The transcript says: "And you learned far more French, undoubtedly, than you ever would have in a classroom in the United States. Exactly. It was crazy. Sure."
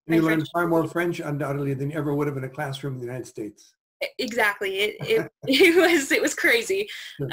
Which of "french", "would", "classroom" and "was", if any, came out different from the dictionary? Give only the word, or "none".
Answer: none